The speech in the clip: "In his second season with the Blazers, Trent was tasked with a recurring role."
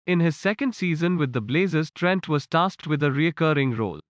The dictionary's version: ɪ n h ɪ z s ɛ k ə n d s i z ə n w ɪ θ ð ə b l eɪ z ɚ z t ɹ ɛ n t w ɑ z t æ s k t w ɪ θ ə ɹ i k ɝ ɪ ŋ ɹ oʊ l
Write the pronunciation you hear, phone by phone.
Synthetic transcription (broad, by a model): ɪ n h ɪ z s ɛ k ə n d s i z ə n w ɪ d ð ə b l eɪ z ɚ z t ɹ ɛ n t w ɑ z t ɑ s t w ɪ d ə ɹ i k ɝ ɪ ŋ ɹ oʊ l